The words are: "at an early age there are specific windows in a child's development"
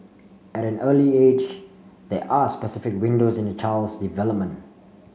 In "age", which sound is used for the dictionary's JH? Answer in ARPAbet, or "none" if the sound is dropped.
JH